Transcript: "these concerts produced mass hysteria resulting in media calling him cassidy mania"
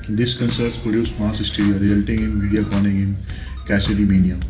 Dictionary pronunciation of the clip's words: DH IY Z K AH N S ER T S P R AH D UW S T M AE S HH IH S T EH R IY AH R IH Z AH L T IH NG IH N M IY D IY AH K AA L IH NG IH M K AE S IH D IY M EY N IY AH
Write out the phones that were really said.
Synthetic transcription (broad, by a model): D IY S K AH N S ER T S P R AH D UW S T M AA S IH S T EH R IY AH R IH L T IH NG IH N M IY D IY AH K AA N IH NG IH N K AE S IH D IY M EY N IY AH